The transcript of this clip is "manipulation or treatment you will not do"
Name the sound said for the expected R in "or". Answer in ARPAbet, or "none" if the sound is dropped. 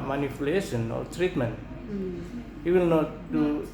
L